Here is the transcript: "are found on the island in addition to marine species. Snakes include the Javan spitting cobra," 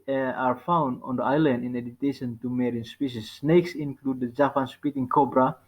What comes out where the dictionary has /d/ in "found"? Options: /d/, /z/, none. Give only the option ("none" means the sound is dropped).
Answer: /d/